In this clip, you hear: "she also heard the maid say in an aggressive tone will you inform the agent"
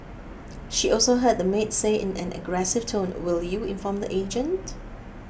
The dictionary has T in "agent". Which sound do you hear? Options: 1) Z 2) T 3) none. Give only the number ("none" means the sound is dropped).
2